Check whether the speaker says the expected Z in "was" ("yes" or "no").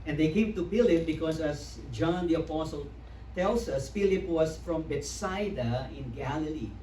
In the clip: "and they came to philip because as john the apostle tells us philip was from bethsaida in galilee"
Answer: no